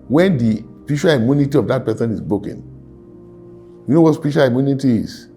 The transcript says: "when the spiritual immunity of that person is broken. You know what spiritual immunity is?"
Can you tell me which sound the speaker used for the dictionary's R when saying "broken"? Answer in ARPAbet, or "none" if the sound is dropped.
none